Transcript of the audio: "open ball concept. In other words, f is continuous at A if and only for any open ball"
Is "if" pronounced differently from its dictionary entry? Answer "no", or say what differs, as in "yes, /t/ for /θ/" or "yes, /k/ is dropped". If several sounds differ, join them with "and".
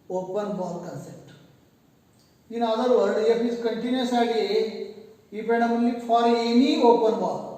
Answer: yes, /p/ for /f/